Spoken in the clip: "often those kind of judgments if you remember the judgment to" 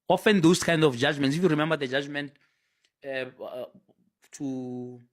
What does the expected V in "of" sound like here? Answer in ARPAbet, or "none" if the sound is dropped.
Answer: F